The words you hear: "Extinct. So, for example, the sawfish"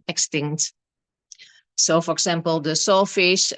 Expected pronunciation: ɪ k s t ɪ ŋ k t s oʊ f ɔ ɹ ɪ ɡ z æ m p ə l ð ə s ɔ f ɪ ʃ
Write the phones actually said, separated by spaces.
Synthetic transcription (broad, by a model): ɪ k s t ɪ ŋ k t s oʊ f ɔ ɹ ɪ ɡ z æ m p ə l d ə s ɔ f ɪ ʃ